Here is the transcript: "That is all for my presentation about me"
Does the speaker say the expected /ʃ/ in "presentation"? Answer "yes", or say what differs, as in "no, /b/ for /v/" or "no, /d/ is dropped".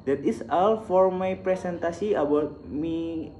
no, /s/ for /ʃ/